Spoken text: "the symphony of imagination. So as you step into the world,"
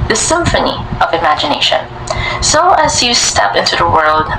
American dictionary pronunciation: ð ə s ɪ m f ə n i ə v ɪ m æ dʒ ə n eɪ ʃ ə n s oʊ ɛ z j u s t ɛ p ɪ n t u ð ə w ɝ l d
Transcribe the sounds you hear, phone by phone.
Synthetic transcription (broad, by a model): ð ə s ɪ m f ə n i ə v ɪ m æ dʒ ə n eɪ ʃ ə n s oʊ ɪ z j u s t ɛ p ɪ n t u ð ə w ɝ l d